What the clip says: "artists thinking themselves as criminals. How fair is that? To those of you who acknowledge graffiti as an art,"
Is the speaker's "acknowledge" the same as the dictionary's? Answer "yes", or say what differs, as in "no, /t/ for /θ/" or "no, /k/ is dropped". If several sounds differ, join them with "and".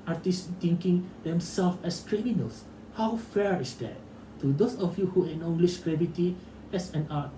no, /k/ is dropped and /ʃ/ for /dʒ/